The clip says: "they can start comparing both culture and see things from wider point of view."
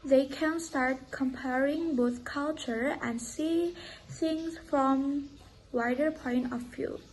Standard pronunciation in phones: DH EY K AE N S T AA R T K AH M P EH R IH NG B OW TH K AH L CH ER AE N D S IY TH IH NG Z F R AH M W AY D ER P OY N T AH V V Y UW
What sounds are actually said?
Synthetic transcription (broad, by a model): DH EY K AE N S T AA R T K AH M P EH R IH NG B OW TH K AH L CH ER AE N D S IY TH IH NG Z F R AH M W AY D ER P OY N T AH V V Y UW